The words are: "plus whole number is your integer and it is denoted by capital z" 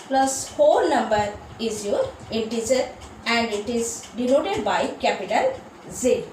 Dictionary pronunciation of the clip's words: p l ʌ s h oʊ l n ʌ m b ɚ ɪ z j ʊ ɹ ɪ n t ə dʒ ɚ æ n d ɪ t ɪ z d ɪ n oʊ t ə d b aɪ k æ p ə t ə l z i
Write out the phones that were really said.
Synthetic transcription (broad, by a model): p l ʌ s h oʊ l n ʌ m b ɚ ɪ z j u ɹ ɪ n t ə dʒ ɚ æ n d ɪ t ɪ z d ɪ l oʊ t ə d b aɪ k æ p ə t ə l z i